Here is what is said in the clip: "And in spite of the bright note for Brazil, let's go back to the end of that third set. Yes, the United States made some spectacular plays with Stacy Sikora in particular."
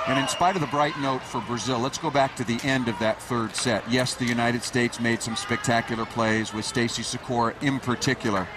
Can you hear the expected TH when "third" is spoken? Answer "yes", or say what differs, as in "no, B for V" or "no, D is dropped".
yes